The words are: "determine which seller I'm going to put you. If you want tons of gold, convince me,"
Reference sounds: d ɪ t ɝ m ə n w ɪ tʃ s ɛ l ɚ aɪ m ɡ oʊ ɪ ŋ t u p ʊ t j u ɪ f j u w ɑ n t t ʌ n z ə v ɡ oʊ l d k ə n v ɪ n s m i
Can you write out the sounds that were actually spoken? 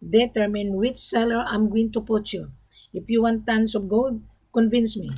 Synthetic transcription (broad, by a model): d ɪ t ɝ m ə n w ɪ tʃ s ɛ l ɚ aɪ m ɡ oʊ ɪ ŋ t u p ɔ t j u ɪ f j u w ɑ n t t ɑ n s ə p ɡ oʊ l d k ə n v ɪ n s m i